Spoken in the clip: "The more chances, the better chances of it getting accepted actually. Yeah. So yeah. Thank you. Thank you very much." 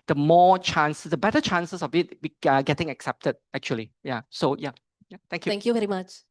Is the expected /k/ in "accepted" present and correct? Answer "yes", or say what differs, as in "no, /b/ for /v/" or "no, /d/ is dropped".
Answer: yes